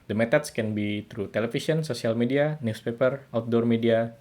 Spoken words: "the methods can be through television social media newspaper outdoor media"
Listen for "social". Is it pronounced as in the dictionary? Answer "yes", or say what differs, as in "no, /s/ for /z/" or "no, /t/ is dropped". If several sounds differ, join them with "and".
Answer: no, /s/ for /ʃ/